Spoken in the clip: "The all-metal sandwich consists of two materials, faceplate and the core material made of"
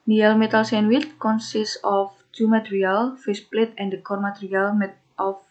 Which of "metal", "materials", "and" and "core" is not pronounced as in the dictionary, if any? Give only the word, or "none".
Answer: materials